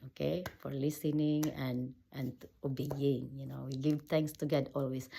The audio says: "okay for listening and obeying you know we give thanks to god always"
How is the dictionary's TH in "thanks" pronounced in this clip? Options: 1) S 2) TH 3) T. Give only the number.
3